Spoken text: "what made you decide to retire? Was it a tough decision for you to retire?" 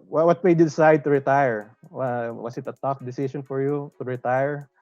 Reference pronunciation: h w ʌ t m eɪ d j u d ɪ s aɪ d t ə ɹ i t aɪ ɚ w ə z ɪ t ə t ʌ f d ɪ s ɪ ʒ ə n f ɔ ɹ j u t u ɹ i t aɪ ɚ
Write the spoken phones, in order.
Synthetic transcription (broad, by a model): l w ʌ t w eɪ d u d ɪ s aɪ d t ə ɹ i t aɪ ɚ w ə s ɪ t ə t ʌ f d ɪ s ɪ ʃ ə n f ɔ ɹ j u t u ɹ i t aɪ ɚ